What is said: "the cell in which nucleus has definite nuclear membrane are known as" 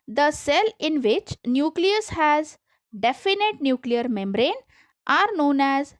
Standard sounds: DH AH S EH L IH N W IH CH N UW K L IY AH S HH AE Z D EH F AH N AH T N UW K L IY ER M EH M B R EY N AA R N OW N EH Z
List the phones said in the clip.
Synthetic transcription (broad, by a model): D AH S EH L IH N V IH CH N UW K L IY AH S HH AE Z D EH F AH N AH T N UW K L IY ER M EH M B R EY N AA R N OW N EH Z